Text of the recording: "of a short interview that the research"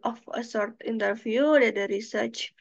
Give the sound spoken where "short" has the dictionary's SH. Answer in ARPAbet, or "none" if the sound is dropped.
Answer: S